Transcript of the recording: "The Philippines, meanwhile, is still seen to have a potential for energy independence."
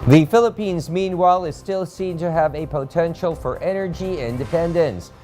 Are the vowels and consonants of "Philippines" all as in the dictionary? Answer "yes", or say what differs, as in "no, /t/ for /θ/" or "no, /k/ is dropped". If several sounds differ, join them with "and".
yes